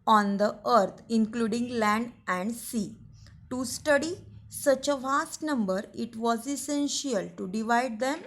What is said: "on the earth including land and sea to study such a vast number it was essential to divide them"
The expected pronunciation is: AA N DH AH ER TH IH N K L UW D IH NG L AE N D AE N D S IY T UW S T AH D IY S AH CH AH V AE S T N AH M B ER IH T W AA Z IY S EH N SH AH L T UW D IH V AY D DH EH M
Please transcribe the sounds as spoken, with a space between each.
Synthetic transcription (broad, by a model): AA N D AH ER T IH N K L UW D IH NG L AE N D AE N D S IY T UW S T AH D IY S AH CH AH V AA S T N AH M B ER IH T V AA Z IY S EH N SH AH L T UW D IH V AY D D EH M